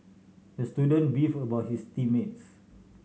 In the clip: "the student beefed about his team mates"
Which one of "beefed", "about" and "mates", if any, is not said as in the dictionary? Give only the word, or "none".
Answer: beefed